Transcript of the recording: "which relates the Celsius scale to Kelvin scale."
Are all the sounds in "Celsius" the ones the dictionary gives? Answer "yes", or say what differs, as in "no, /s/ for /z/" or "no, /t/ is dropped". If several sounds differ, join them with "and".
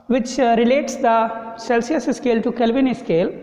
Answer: yes